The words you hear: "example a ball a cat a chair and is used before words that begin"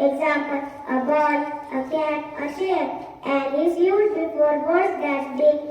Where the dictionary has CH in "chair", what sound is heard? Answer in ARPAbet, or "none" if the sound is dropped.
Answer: SH